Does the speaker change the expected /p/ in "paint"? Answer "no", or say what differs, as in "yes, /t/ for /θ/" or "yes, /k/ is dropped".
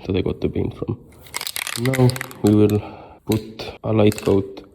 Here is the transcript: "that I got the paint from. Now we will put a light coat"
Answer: yes, /b/ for /p/